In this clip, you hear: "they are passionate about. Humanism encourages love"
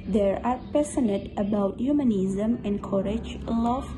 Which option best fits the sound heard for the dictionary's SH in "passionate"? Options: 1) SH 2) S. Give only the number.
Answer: 2